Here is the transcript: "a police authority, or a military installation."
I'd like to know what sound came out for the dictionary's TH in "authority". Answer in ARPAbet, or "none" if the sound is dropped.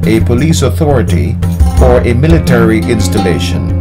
TH